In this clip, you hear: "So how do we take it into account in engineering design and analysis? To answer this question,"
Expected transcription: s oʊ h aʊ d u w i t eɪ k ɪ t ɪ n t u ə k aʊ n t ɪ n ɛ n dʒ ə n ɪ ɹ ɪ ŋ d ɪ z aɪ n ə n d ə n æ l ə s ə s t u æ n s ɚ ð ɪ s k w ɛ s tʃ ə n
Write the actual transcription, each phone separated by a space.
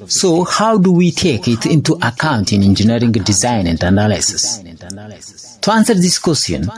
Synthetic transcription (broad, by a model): s oʊ h aʊ d u w i t eɪ k ɪ t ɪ n t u ə k aʊ n t ɪ n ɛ n dʒ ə n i ɹ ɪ ŋ d ɪ z aɪ n ə n d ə n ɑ l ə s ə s t u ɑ n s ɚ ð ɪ s k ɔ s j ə n